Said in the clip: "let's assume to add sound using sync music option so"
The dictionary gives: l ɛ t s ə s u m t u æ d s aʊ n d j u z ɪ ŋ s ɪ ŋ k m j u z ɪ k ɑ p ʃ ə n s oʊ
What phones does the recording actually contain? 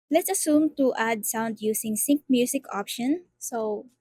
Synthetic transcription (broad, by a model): l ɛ t s ə s u m t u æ d s aʊ n d j u s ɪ ŋ s ɪ ŋ k m j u s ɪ k ɑ p ʃ ə n s oʊ